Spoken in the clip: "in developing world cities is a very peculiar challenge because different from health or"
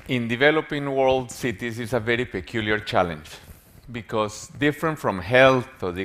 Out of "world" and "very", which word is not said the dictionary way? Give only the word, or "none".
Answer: none